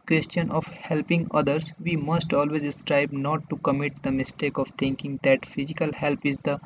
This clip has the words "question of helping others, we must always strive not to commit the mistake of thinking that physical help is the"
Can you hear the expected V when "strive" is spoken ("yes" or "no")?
no